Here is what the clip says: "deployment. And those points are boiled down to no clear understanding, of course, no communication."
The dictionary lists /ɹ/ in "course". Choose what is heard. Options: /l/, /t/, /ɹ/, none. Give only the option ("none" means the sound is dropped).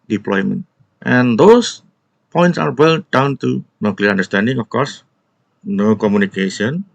/ɹ/